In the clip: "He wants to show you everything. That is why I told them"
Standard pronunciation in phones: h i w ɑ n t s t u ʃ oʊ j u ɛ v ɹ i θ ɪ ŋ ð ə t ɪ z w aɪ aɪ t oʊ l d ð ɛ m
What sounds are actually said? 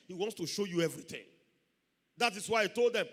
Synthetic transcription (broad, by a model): h i w ɑ n t s t u ʃ oʊ j u ɛ v ɹ i θ ɪ ŋ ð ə t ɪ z w aɪ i t oʊ l d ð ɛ m